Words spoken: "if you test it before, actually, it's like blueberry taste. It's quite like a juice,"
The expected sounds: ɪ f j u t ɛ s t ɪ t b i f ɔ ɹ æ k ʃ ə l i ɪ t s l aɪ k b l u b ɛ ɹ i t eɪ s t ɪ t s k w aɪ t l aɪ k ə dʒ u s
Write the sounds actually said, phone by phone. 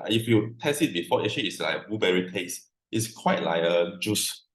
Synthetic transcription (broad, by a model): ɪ f j u t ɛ s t ɪ t b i f ɔ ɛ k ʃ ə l i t s l aɪ k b u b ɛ ɹ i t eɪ s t ɪ t s k w aɪ t l aɪ k ə dʒ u s